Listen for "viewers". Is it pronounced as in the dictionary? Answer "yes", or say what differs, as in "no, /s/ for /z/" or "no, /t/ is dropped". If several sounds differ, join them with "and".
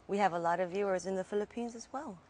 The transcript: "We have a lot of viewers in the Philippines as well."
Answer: yes